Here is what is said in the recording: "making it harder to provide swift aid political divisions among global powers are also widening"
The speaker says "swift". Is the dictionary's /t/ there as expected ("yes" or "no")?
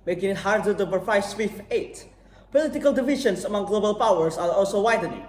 no